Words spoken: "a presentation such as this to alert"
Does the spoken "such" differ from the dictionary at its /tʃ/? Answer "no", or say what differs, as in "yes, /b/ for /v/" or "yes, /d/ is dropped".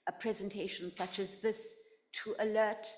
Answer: no